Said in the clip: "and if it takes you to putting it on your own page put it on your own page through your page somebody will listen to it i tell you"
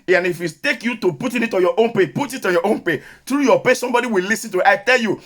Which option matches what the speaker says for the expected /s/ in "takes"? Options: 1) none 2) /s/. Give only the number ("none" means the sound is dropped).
1